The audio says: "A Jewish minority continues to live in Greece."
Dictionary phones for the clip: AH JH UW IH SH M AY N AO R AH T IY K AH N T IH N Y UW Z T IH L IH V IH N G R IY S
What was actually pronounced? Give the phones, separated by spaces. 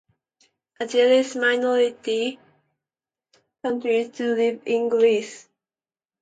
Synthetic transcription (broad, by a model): AH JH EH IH S M AY N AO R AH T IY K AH N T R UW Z T IH L IH V IH N G R IY S